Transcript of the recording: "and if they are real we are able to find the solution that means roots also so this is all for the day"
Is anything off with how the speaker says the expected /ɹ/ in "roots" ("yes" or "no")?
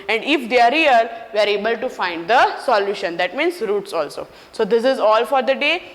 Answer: no